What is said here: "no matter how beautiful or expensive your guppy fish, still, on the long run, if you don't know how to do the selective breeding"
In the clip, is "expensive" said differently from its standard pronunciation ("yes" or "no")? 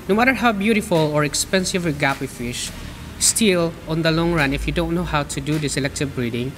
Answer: no